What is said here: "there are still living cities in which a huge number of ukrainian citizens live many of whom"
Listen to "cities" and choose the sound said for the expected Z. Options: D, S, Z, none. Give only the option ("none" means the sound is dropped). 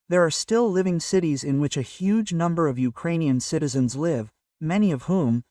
Z